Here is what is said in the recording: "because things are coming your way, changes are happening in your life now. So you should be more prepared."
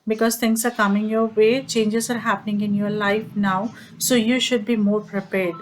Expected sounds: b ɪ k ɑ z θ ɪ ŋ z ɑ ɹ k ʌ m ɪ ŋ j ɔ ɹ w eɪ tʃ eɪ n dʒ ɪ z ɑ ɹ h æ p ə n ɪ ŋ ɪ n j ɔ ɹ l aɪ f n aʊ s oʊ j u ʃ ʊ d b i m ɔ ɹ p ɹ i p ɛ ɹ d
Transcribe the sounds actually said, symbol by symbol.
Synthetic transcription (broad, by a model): b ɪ k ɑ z t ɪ ŋ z ɑ ɹ k ʌ m ɪ ŋ j ɔ ɹ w eɪ tʃ eɪ n dʒ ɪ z ɑ ɹ h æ p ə n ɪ ŋ ɪ n j ɔ ɹ l aɪ f n aʊ s oʊ j u ʃ ʊ d b i m ɔ ɹ p ɹ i p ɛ ɹ d